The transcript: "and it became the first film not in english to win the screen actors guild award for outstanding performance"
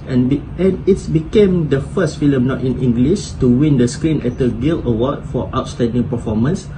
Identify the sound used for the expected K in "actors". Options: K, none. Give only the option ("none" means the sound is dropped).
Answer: none